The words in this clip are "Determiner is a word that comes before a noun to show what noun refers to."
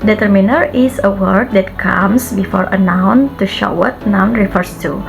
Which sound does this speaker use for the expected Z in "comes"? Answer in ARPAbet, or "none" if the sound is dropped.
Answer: S